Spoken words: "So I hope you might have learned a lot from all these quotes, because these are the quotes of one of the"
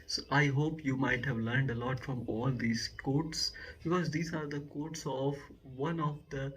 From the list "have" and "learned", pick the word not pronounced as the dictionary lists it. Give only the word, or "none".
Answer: none